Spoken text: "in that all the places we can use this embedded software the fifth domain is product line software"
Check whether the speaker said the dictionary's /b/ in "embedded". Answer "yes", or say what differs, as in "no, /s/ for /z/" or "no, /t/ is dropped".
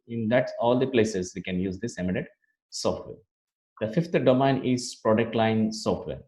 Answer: no, /b/ is dropped